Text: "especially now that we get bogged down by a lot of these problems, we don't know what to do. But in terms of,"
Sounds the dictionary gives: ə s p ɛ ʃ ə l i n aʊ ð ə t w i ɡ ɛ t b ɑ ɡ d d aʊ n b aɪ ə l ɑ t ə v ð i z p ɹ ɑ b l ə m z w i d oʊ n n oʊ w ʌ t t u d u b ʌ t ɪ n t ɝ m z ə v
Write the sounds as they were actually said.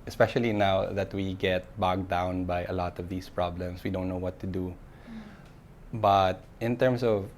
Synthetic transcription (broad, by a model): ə s p ɛ ʃ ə l i n aʊ ð ə t w i ɡ ɛ t b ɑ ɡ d d aʊ n b aɪ ə l ɑ t ə v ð i s p ɹ ɑ b l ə m s w i d oʊ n n oʊ w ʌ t t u d u b ʌ t ɪ n t ɝ m s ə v